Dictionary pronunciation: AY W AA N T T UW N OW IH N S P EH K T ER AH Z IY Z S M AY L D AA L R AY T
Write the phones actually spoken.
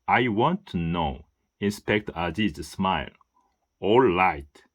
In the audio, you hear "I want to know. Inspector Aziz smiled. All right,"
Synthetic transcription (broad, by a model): AY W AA N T T UW N OW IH N S P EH K T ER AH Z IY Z S M AY L AA L AY T